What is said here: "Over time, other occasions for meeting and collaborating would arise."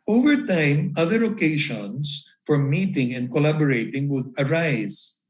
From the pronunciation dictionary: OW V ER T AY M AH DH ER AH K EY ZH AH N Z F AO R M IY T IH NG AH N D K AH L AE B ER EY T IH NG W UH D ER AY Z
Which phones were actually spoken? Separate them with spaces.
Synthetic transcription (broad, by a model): OW V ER T AY M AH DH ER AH K EY SH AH N S F AO R M IY T IH NG AH N D K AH L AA B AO EY T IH NG W UH D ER AY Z